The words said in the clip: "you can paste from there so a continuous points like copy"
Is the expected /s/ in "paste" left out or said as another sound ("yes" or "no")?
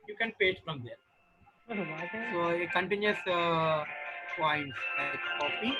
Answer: yes